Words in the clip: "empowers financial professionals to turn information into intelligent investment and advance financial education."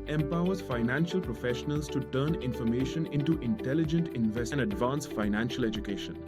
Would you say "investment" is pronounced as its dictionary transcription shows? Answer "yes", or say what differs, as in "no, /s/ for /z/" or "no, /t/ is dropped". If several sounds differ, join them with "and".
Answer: no, /m/ is dropped